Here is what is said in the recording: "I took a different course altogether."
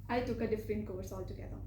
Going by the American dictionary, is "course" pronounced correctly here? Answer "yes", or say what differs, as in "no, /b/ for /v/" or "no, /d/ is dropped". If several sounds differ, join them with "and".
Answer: no, /w/ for /ɹ/